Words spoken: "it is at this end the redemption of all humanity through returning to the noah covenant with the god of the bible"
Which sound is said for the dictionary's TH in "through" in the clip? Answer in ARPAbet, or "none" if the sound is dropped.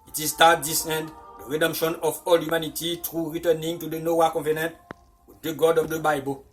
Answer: T